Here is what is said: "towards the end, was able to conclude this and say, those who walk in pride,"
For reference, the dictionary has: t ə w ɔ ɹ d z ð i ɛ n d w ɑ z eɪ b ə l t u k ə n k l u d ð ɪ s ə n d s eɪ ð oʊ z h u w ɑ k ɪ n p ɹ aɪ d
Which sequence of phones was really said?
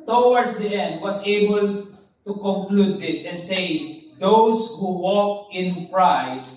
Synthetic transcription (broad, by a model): t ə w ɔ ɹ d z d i ɛ n d w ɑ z eɪ b ə l t u k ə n k l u d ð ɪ s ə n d s eɪ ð oʊ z h u w ɑ k ɪ n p ɹ aɪ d